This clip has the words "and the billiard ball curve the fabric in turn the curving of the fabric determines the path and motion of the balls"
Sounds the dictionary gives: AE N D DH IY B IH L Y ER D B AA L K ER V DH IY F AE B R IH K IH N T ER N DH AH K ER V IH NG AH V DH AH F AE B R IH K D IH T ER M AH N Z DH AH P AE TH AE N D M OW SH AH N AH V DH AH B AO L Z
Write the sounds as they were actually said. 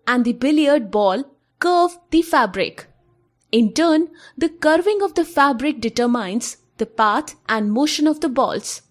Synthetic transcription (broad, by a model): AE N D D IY B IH L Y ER D B AA L K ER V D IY F AE B R IH K IH N T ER N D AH K ER V IH NG AH V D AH F AE B R IH K D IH T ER M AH N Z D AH P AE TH AE N D M OW SH AH N AH V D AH B AO L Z